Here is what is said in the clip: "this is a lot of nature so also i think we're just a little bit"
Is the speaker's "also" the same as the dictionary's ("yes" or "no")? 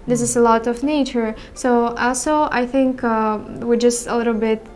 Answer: yes